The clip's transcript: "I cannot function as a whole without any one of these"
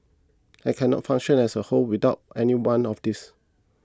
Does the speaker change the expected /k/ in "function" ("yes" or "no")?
yes